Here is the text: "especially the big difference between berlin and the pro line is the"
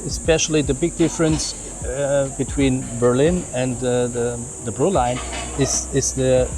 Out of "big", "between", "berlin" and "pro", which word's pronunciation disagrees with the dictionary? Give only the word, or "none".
pro